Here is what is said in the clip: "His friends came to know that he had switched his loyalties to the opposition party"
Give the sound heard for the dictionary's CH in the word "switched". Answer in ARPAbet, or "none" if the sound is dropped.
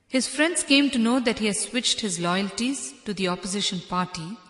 CH